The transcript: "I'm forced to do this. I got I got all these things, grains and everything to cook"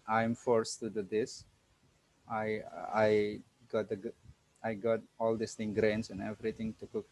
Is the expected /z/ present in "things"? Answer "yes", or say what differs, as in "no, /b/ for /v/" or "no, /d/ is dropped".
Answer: no, /z/ is dropped